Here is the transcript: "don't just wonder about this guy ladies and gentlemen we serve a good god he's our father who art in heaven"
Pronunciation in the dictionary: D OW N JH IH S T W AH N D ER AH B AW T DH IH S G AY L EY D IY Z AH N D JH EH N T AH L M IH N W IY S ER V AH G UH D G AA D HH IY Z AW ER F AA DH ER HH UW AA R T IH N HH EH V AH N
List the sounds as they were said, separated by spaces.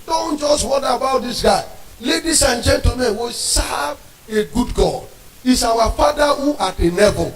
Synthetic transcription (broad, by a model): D OW N JH IH S T W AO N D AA AH B AW T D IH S G AY L EY D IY S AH N JH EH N T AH M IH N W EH S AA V AH G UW D G AA D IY S AW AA F AA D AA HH UW AA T IH N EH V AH